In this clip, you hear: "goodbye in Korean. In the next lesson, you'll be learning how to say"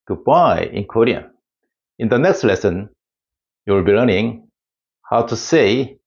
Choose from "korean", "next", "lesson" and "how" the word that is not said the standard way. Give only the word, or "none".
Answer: korean